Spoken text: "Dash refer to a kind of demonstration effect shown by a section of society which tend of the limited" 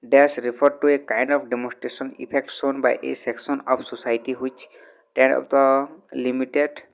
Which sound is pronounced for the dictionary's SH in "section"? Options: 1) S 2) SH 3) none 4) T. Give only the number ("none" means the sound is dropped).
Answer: 1